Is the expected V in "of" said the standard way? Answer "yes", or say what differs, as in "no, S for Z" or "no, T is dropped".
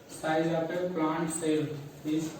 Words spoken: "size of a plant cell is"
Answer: no, P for V